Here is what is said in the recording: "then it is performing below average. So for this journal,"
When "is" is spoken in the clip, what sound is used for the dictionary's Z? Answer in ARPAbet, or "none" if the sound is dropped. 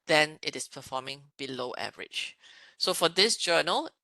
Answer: S